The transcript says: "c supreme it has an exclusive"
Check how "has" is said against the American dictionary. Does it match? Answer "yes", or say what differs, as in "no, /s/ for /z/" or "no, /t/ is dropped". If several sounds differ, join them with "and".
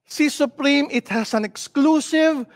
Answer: no, /s/ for /z/